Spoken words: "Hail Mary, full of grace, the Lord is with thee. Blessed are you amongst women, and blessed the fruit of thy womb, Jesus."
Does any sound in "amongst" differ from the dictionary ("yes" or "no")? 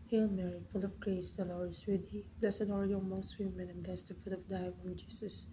yes